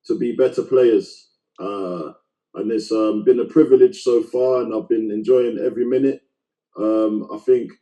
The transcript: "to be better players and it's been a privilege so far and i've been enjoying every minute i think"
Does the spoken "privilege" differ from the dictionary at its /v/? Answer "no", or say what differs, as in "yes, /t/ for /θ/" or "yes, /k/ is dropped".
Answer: no